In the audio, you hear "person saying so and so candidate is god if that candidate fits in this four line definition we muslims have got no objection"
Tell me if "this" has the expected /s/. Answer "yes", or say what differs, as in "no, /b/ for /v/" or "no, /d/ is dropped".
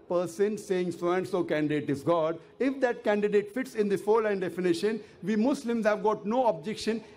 no, /s/ is dropped